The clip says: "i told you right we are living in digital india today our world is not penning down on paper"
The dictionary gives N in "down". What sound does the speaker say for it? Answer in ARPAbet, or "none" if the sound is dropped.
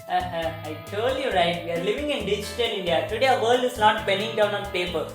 N